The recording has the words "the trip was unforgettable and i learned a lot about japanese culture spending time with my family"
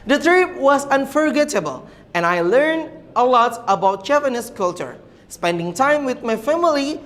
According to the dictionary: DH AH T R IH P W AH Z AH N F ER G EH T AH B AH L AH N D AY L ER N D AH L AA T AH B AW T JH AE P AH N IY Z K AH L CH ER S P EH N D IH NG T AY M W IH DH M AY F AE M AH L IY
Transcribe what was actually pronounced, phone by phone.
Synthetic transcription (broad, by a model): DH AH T R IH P W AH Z AH N F ER G EH T AH B AH L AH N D AY L ER N D AH L AA T AH B AW T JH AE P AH N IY S K AH L CH ER S P EH N D IH NG T AY M W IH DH M AY F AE M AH L IY